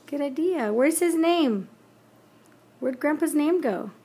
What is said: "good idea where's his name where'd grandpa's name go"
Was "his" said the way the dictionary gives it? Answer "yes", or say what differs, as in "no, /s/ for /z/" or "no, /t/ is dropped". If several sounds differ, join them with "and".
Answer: yes